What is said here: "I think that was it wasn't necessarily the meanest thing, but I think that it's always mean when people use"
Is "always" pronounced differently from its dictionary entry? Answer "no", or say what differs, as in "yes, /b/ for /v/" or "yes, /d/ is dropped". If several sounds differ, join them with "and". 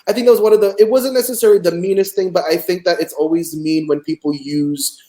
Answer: no